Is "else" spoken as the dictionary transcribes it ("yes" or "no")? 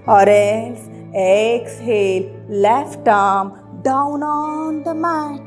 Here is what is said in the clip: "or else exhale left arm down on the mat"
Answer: no